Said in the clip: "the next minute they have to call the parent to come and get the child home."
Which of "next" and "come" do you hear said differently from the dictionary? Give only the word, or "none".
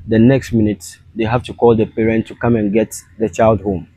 none